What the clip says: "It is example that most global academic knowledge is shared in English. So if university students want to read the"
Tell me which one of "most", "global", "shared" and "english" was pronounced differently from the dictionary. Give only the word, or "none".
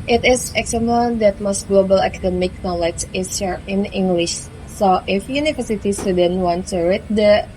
shared